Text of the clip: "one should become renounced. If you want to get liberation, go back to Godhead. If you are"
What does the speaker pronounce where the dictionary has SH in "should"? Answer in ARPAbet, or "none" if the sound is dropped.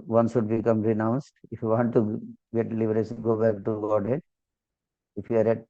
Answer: S